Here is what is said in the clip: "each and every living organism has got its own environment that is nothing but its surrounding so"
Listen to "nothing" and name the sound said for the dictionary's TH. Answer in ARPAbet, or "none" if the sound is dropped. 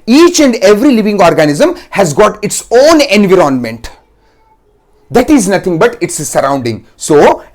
T